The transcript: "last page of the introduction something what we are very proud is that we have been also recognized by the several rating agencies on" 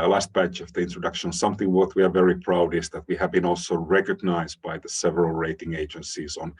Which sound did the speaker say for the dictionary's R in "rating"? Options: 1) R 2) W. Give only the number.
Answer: 1